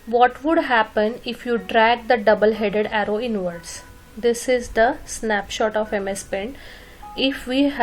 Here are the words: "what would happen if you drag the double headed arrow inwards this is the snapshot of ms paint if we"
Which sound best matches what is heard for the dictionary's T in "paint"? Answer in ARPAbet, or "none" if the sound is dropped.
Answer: none